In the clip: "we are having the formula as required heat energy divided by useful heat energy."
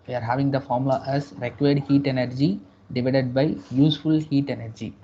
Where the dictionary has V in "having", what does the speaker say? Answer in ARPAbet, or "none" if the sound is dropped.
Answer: V